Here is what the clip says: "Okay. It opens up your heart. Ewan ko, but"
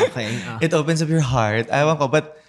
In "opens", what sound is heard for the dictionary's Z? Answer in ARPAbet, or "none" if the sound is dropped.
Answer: S